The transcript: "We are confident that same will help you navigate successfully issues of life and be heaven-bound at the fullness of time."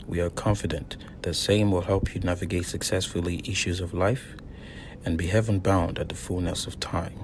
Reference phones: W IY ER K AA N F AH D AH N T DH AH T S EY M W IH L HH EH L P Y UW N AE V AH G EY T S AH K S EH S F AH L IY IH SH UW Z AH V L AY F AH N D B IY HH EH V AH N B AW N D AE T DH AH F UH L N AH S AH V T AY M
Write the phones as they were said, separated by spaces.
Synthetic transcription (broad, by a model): W IY ER K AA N F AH D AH N DH AH T S EY M W IH L HH EH L P Y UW N AE V AH G EY T S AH K S EH S F L IY IH SH UW Z AH V L AY F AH N B IY HH EH V AH N B AW N D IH T DH AH F UH L N AH S AH V T AY M